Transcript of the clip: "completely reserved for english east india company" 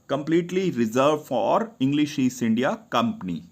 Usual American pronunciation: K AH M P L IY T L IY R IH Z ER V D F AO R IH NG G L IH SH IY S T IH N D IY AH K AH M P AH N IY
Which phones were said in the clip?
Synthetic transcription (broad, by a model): K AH M P L IY T L IY R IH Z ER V F AO R IH NG G L IH SH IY S IH N D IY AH K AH M P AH N IY